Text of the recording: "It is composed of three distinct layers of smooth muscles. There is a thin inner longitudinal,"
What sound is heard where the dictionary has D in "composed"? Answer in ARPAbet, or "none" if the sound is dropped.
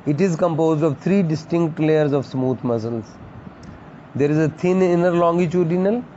D